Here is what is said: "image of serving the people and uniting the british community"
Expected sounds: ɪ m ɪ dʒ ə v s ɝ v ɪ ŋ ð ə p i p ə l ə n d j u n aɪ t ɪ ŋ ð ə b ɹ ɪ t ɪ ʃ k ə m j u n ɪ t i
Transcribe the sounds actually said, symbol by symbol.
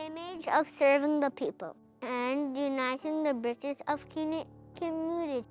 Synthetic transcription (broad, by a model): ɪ m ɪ dʒ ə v s ɝ v ɪ ŋ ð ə p i p ə l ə n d j u n aɪ t ɪ ŋ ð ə b ɹ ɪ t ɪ s k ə m j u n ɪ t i